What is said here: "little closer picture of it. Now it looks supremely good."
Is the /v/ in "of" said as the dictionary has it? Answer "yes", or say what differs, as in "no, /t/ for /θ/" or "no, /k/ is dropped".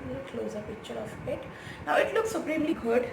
no, /p/ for /v/